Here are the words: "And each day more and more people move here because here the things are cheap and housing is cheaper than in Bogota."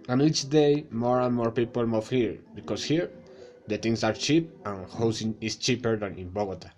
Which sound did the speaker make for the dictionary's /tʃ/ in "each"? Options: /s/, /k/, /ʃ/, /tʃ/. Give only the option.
/tʃ/